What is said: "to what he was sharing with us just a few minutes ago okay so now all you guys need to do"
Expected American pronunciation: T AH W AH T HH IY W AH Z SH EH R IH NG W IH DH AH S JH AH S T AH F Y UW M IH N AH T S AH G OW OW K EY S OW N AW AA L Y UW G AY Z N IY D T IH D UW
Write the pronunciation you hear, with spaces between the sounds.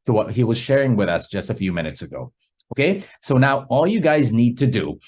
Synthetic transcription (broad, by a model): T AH W AH T HH IY W AH Z SH EH R IH NG W IH DH AH S JH AH S T AH F Y UW M IH N AH T S AH G OW OW K EY S OW N AW AA L Y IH G AY Z N IY D T IH D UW